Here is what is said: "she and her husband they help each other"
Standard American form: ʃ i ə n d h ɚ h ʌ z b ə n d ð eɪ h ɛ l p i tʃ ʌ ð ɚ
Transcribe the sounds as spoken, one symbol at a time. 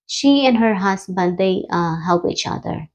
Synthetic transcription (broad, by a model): ʃ i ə n h ɚ h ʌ s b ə l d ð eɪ h ɛ l p i tʃ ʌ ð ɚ